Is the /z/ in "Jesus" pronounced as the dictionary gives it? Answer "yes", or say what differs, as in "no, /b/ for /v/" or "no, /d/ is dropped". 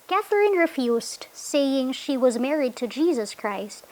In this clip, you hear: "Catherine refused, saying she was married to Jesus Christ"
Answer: yes